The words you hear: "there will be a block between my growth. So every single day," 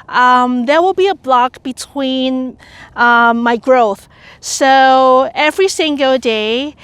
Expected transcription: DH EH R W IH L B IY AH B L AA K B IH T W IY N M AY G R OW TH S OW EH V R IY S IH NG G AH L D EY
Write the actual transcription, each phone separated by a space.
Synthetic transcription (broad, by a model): DH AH R W IH L B IY AH B L AA K B IH T W IY N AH AY G R OW TH S OW EH V R IY S IH NG G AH L D EY